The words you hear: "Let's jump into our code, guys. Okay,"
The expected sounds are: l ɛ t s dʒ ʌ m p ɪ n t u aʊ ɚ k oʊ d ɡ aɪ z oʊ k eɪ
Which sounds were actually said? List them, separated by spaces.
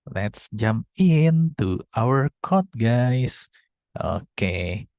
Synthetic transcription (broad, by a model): l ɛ t s dʒ ʌ m p ɪ n t u aʊ ɚ k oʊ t ɡ aɪ s oʊ k eɪ